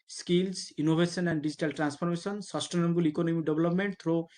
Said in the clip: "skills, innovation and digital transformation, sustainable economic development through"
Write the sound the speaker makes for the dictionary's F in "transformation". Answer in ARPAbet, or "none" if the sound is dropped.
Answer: P